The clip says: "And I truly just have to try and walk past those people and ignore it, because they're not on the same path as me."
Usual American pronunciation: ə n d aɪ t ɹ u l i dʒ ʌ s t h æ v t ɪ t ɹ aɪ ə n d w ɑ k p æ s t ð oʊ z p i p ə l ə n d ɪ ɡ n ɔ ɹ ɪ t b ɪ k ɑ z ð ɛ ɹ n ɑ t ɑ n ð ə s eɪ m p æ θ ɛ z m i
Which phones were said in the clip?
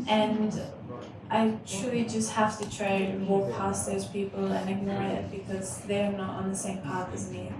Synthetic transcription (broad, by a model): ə n d aɪ t ɹ u l i dʒ ʌ s t h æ f t ɪ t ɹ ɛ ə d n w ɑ p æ s ð oʊ z p i p ə l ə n ɪ ɡ n ɔ ɹ ɪ t b ɪ k ɑ z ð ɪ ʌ n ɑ t n ð ə s eɪ m p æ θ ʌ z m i